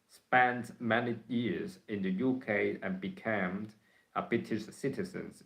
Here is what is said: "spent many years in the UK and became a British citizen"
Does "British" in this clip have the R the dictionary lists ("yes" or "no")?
no